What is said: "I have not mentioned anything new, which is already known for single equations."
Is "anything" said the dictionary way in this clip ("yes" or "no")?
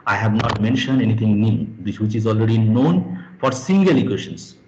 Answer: no